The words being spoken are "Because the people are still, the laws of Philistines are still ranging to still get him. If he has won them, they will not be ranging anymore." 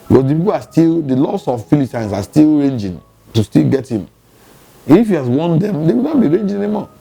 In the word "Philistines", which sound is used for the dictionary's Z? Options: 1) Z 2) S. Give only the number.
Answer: 2